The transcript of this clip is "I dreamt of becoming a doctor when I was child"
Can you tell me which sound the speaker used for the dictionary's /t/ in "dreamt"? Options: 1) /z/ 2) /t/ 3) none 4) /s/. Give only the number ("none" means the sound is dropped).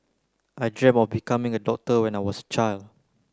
3